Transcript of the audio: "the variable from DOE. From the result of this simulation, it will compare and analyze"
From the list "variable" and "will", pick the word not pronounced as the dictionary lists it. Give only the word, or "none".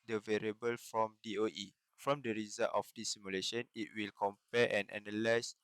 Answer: none